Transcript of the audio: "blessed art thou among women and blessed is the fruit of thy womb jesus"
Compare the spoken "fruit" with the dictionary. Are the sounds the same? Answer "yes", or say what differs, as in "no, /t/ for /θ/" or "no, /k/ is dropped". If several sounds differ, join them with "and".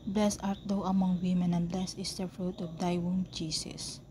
yes